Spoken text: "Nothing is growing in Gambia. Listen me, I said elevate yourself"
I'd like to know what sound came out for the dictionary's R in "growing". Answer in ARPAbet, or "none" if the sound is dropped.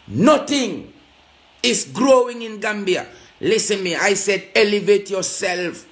R